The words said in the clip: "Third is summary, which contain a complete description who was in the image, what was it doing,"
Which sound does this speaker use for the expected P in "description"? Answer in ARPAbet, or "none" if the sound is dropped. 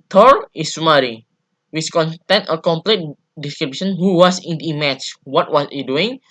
B